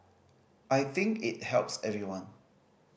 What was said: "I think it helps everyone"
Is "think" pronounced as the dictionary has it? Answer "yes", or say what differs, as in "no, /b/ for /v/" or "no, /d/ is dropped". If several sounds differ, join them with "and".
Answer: yes